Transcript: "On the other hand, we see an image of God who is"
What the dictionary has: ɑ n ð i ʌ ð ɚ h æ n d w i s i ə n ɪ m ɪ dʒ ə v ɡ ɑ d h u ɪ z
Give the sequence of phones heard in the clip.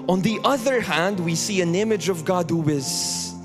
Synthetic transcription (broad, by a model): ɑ n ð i ʌ ð ɚ h æ n d w i s i ə n ɪ m ɪ dʒ ə v ɡ ɑ d h u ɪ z